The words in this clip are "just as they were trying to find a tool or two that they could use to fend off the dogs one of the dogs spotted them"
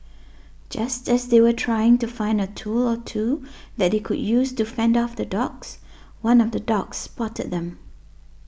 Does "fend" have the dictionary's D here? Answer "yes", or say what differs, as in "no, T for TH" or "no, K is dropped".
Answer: yes